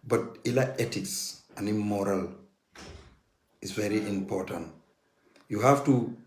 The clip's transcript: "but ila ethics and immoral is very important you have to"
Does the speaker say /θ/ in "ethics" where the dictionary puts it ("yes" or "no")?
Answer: no